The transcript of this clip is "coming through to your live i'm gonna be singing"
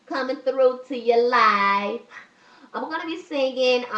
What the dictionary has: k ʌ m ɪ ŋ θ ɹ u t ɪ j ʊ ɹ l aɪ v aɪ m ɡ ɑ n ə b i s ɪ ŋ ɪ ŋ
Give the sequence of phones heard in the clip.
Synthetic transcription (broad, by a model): k ʌ m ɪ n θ ɹ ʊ t ɪ j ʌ ɹ l aɪ f aɪ m ɡ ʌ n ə b i s ɪ ŋ ɪ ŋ